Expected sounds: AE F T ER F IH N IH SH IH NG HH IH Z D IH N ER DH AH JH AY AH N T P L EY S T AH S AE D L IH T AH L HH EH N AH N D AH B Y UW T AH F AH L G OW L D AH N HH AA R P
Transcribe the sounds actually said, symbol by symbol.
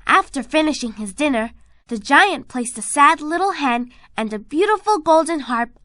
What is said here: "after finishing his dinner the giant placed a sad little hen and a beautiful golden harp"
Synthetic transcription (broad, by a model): AE F T ER F IH N IH SH IH NG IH Z D IH N ER DH AH JH AY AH N P L EY S T AH S AE D L IH T L HH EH N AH N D AH B Y UW T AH F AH L G OW L D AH N HH AA R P